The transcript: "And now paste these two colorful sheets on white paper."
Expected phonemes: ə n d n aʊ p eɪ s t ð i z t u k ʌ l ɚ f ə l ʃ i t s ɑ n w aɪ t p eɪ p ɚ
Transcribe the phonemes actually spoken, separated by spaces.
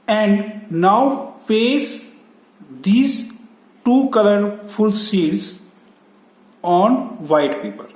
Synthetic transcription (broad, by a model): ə n d n aʊ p eɪ s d i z t u k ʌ l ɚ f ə l s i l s ɑ n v aɪ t p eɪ p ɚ